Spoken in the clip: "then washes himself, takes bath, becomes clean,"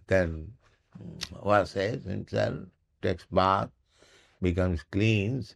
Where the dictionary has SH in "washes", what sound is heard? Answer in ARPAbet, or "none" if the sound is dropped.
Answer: S